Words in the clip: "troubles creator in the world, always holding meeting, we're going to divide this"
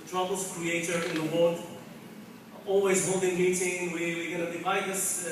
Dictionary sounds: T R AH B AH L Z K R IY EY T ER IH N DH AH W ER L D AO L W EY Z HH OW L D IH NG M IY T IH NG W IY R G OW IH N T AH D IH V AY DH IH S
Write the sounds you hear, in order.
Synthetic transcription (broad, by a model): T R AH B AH L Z K R IY EY T ER IH N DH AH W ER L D AO L W EY Z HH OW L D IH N M IY T IH NG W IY W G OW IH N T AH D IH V AY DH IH S